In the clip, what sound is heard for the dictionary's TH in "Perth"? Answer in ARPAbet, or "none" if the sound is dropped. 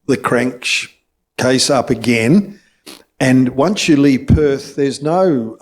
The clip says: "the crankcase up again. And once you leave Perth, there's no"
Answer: TH